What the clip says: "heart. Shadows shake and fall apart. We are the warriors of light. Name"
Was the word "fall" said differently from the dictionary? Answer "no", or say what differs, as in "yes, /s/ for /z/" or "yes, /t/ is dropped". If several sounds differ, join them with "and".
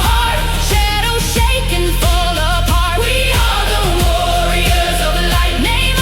no